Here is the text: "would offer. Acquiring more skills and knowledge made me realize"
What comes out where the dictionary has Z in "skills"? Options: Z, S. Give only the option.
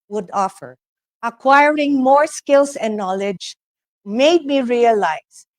S